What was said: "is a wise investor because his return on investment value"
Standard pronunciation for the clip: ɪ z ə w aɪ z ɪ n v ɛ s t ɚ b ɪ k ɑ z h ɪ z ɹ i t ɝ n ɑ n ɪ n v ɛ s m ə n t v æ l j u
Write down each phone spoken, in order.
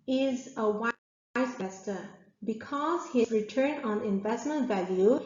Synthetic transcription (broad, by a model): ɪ z ə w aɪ ɪ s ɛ s t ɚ b ɪ k ɑ z h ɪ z ɹ i t ɝ n ɑ n ɪ n v ɛ s m ə n t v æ l j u